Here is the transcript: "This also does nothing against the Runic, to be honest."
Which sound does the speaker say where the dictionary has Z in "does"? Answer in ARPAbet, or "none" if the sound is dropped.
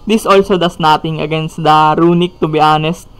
S